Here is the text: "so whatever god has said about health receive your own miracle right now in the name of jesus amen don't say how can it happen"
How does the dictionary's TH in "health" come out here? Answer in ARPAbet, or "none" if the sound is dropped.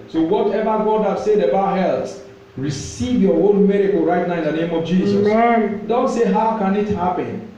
T